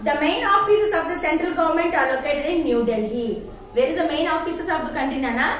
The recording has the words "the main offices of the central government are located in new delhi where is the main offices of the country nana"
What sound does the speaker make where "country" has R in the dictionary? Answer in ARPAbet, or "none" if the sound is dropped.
none